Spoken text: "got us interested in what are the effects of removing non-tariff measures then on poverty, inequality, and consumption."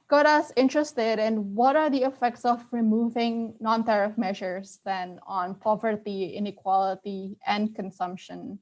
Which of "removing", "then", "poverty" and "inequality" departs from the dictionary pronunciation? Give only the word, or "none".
none